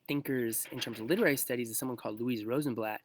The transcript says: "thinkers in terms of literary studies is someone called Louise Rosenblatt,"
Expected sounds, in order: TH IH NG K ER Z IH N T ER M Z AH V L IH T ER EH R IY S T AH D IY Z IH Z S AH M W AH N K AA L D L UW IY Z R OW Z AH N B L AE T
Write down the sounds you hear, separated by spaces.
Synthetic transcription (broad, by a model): TH IH NG K ER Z IH N T ER M Z AH V L IH T ER EH R IY S T AH D IY Z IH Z S AH M W AH N K AA L D L UW IY Z R OW Z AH N B L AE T